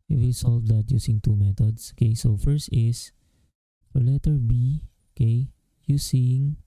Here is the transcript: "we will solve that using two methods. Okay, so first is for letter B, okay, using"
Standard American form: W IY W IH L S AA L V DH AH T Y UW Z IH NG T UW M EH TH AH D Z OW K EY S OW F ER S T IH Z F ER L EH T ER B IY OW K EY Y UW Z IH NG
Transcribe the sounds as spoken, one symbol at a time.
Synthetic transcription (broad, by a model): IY W IH L S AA L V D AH T Y UW S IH NG T UW M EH T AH D S OW K EY S OW F ER S T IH S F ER L EH T ER B IY OW K EY Y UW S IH NG